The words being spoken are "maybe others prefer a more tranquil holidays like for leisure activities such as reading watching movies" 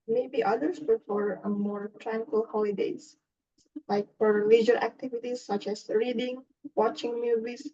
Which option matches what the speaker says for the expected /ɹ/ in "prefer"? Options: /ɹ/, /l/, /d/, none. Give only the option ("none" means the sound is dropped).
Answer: none